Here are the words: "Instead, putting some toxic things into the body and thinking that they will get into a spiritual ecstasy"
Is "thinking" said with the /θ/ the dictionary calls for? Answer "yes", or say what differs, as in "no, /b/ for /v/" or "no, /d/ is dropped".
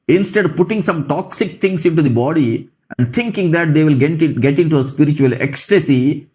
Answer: no, /t/ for /θ/